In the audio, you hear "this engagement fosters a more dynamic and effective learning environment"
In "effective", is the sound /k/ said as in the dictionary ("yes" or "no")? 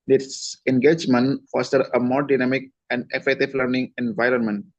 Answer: no